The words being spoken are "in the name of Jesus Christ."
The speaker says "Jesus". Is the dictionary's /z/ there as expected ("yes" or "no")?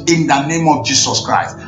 no